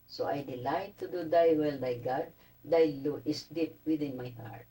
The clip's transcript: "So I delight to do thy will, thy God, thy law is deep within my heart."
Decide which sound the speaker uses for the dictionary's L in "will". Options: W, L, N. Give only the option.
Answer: L